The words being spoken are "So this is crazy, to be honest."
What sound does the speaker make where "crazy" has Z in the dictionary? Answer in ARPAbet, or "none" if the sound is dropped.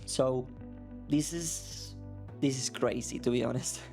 S